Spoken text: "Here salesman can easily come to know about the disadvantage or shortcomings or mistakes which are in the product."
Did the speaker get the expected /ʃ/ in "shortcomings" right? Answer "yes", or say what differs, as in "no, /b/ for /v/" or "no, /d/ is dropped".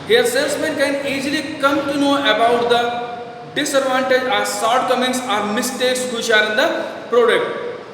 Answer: no, /s/ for /ʃ/